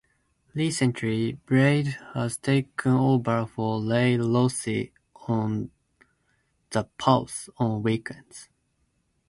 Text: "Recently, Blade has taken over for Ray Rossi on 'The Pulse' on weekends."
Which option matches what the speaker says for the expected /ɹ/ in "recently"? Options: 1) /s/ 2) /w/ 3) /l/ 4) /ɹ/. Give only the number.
3